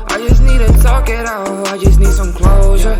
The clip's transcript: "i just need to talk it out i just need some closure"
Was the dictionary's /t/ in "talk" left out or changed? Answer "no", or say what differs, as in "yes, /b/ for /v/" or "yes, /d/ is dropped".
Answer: yes, /s/ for /t/